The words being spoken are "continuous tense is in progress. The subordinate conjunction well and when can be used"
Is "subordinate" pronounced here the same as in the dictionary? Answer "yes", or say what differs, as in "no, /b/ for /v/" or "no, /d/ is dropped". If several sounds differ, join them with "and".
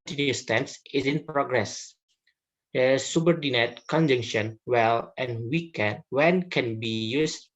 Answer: yes